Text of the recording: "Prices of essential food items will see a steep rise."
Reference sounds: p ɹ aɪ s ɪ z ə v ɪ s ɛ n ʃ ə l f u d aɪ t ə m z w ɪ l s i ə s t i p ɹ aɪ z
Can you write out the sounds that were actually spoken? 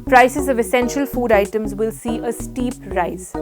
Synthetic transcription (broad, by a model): p ɹ aɪ s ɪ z ə v ɪ s ɛ n ʃ ə l f u d aɪ t ə m z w ɪ l s i ə s t i p ɹ aɪ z